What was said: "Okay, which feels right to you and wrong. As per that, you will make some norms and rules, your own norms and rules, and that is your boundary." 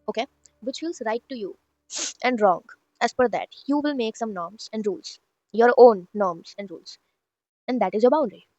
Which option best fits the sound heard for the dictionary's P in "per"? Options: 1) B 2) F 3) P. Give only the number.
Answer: 2